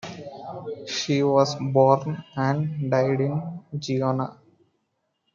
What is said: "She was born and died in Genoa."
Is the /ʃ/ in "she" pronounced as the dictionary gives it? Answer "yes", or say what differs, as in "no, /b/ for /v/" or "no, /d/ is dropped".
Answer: yes